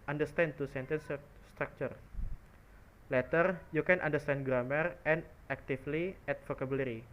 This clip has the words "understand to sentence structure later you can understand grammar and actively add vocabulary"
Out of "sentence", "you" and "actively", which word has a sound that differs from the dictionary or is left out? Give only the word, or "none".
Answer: actively